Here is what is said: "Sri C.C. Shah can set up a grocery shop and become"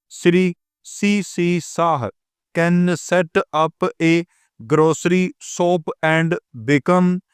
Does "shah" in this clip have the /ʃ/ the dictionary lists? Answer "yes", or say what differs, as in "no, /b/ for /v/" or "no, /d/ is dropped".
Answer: no, /s/ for /ʃ/